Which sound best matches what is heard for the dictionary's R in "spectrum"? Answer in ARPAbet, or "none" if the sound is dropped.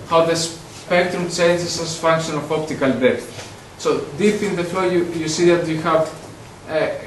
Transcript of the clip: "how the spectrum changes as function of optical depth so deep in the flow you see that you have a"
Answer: R